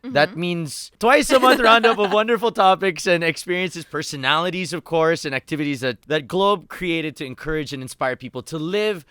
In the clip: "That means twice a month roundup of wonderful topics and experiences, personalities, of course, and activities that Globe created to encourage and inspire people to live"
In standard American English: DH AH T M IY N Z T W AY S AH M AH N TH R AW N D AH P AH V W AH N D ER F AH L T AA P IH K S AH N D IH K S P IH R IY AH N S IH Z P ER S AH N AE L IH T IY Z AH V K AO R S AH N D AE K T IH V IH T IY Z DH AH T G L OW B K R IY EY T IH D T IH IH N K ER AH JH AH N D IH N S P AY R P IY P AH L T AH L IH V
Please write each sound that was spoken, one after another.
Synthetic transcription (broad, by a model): DH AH T M IY N Z T W AY S AH M AH N TH R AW N D AH P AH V W AH N D ER F L T AA P IH K S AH N IH K S P IH R IY AH N S IH Z P ER S AH N AE L IH T IY Z AH V K AO R S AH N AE K T IH V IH T IY Z DH AH T G L OW B K R IY EY T IH D T IH IH N K ER AH JH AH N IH N S P AY R P IY P L T AH L IH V